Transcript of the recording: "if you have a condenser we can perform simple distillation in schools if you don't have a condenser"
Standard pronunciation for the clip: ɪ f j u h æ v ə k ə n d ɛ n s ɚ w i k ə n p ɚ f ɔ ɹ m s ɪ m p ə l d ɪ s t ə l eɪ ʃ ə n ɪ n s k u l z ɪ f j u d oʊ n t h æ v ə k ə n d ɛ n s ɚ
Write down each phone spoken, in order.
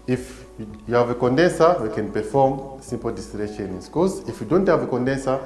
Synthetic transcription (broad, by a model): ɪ f j u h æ v ə k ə n d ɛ n s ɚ w i k ə n p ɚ f ɔ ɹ m s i m p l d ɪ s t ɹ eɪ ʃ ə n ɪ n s k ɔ z ɪ f j u d oʊ n t h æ v ə k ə n d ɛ n s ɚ